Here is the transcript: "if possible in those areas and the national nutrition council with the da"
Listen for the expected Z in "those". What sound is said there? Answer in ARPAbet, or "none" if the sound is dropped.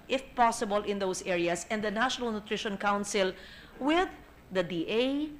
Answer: S